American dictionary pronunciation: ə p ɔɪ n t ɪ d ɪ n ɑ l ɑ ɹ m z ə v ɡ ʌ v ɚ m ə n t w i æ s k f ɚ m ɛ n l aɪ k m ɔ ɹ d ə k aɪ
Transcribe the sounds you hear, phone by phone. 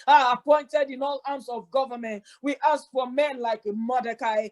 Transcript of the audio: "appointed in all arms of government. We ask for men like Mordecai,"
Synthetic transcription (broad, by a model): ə p ɔɪ n t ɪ d ɪ n ɑ l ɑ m s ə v ɡ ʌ v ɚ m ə n t w i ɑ s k f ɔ m ɛ n l aɪ k m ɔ d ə k aɪ